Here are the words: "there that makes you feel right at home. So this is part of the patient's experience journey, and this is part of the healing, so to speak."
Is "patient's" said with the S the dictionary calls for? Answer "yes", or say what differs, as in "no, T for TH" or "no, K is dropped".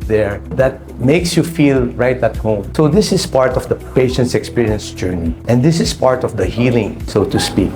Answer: yes